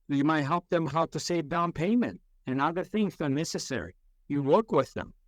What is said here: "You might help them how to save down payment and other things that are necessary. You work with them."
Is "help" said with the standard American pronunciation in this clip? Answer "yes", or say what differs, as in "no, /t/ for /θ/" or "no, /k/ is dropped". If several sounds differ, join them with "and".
yes